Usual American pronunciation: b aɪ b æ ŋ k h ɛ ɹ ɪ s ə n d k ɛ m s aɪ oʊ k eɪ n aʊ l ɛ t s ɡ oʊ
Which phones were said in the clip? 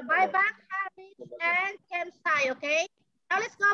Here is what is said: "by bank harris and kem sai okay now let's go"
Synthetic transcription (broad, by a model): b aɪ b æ k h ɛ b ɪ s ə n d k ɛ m s aɪ oʊ k eɪ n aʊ l ɛ t s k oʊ